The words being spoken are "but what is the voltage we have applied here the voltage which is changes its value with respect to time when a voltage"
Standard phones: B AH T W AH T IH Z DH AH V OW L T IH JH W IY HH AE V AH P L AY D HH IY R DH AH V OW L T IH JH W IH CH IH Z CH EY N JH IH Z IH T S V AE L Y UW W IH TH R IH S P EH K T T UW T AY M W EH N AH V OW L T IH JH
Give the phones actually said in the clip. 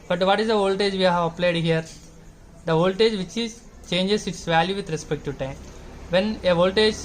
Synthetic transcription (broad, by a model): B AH T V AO T IH Z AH V OW L T IH JH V IY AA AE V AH P L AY D HH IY R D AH V OW L T IH JH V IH CH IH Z CH EY N JH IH S IH T S V AE L Y UW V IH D R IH S P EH K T T UW T AY M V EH N AH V OW L T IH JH